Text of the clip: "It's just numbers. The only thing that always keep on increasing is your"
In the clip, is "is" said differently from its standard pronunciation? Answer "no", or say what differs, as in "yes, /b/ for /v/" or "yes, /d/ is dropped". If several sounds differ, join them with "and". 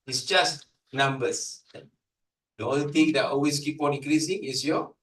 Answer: yes, /s/ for /z/